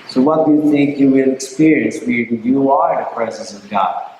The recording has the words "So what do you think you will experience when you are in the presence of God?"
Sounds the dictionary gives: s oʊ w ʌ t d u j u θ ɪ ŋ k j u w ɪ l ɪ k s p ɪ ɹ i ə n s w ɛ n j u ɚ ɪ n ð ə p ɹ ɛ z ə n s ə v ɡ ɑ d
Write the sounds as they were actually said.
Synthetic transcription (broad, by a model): s oʊ w ʌ t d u j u θ ɪ ŋ k j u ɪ n ɪ k s p ɪ ɹ i ə n s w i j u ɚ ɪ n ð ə p ɹ ɛ z ə n s ə v ɡ ɑ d